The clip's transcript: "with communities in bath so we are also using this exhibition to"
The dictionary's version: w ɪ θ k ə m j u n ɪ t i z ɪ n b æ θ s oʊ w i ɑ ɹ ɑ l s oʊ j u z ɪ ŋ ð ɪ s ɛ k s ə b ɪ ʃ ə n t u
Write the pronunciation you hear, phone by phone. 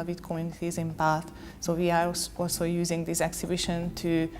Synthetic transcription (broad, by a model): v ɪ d k ə m j u n ɪ t i z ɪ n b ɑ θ s oʊ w i ɑ ɹ ɑ l s oʊ j u z ɪ ŋ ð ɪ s ɛ k s ə b ɪ ʃ ə n t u